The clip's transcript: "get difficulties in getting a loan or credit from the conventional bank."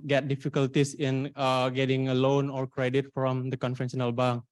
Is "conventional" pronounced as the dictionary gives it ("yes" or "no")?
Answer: no